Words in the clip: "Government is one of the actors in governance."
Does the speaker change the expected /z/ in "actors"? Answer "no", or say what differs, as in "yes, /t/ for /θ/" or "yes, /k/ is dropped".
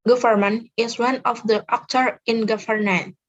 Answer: yes, /z/ is dropped